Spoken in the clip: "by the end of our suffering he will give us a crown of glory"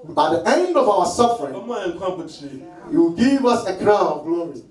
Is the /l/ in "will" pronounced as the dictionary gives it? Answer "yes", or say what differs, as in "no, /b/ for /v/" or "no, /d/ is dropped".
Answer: no, /w/ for /l/